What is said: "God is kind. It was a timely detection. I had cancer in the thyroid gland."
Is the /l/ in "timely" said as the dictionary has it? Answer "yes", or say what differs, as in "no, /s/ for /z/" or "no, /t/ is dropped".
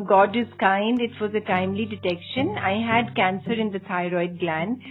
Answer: yes